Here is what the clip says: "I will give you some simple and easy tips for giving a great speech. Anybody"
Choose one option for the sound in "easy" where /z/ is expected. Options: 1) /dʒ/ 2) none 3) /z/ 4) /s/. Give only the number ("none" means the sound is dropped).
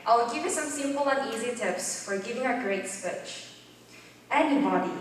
3